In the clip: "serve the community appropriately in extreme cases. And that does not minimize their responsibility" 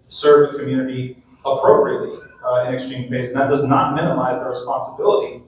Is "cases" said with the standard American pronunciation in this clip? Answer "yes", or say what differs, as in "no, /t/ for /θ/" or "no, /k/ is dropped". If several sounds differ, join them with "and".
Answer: no, /s/ is dropped